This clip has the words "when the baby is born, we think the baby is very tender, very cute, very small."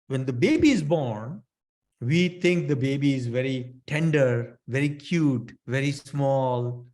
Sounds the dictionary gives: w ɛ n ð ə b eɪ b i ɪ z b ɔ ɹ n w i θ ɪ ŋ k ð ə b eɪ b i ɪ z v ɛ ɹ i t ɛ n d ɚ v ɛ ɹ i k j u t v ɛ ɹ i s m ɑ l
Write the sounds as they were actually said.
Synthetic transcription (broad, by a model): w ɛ n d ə b eɪ b i ɪ z b ɔ ɹ n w i t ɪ ŋ k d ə b eɪ b i ɪ z v ɛ ɹ i t ɛ n d ɚ v ɛ ɹ i k j u t v ɛ ɹ i s m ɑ l